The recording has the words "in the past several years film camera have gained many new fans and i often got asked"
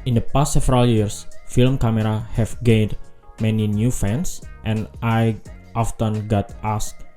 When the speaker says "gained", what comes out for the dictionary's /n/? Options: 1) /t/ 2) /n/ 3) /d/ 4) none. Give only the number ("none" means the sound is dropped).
2